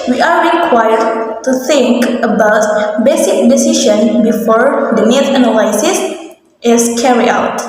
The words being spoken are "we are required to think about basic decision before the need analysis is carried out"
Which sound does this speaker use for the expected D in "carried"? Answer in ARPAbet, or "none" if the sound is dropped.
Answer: none